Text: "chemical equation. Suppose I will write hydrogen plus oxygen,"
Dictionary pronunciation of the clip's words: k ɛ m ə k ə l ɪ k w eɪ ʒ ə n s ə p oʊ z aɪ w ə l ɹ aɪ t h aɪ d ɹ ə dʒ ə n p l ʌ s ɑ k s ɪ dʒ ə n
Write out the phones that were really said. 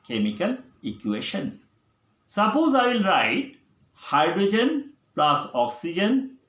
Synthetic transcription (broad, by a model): k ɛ m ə k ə l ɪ k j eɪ ʃ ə n s ə p oʊ z aɪ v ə l ɹ aɪ t h aɪ d ɹ ə dʒ ə n p l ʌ s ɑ k s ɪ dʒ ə n